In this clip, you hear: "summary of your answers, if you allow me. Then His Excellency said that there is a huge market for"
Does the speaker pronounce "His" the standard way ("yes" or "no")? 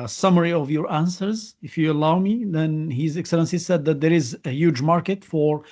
yes